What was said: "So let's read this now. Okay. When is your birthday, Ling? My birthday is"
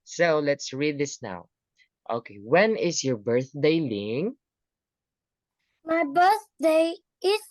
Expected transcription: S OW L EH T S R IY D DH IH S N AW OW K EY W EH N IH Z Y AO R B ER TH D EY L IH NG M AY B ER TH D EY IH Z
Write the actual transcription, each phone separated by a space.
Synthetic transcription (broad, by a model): S OW L EH T S R IY D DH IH S N AW OW K EY W EH N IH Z Y AO R B ER TH D EY L IH NG M AY B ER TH D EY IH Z